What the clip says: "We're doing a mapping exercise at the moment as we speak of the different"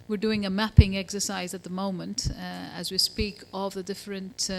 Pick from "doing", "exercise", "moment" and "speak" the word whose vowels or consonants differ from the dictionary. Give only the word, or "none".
none